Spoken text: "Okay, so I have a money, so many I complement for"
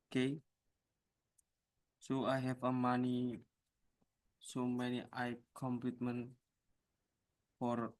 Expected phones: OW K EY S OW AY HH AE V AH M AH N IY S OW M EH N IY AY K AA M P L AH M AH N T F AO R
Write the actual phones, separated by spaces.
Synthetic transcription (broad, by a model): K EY S OW AY HH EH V AH M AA N IY S OW M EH N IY AY K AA M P AH M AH N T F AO R